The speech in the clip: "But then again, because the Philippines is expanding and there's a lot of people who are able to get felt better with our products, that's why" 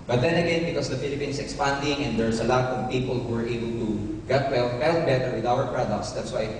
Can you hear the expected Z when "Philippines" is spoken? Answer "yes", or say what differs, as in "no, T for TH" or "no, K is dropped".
no, S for Z